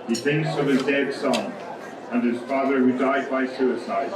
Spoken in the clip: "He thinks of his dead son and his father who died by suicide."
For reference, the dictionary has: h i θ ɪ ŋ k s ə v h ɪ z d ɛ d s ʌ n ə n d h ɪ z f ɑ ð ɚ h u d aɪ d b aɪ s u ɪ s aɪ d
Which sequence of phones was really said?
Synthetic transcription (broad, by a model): h i θ ɪ ŋ k s ə v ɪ z d ɛ d s ʌ n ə n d ɪ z f ɑ ð ɚ h u d aɪ d b aɪ s u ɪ s aɪ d